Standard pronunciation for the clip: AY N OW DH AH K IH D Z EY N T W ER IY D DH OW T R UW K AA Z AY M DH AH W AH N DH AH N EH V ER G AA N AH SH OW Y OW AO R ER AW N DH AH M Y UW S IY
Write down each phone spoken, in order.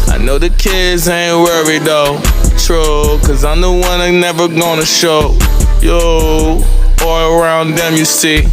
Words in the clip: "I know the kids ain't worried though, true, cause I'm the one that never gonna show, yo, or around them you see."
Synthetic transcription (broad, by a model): AY N OW DH AH K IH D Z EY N W ER IY D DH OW T R UW K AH Z AY M DH AH W AH N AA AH N EH V ER G AA N AH SH OW Y OW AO L ER AW N DH AH M Y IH S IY